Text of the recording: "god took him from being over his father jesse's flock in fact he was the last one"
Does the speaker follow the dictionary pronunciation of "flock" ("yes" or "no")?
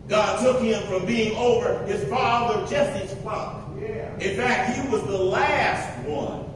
no